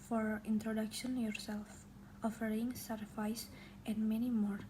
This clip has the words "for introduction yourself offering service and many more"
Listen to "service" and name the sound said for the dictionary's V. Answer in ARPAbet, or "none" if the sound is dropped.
F